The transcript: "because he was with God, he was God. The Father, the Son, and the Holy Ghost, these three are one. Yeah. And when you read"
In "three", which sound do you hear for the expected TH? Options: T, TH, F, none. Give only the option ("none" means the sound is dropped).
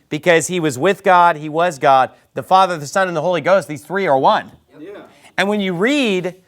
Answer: TH